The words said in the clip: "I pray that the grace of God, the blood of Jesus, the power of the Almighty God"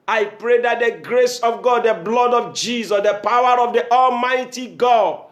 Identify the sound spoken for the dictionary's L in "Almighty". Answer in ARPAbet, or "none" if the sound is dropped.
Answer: L